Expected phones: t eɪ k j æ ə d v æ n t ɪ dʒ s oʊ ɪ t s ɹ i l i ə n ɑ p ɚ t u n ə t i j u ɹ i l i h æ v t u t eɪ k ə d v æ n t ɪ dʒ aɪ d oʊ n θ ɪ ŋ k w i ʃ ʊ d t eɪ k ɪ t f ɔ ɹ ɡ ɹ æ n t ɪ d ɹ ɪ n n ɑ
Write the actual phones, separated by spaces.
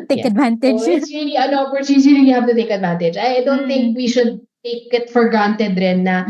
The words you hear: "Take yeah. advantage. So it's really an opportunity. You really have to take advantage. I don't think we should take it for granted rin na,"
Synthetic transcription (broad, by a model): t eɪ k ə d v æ n t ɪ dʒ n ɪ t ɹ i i ə n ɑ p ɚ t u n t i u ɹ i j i h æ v t u t eɪ k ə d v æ n t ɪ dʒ aɪ d oʊ n θ ɪ ŋ k w i ʃ ʊ d t eɪ k ɪ t f ɔ ɹ ɡ ɑ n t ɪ d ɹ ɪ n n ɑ